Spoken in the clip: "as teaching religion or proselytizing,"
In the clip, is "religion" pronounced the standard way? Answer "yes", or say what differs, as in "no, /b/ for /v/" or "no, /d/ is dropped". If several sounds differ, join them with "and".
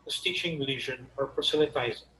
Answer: no, /ʒ/ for /dʒ/